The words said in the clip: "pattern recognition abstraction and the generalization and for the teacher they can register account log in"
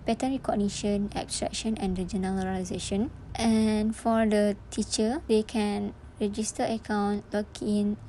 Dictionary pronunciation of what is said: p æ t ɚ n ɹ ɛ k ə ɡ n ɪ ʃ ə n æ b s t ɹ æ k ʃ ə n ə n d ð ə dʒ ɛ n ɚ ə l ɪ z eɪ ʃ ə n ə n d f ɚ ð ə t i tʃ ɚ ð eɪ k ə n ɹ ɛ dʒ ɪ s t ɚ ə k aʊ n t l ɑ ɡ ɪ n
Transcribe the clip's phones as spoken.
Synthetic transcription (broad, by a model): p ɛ t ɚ n ɹ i k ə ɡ n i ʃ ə n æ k s t ɹ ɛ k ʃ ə n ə n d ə dʒ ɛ n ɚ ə ɪ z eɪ ʃ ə n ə n f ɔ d ə t i tʃ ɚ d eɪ k ə n ɹ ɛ dʒ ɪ s t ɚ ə k aʊ n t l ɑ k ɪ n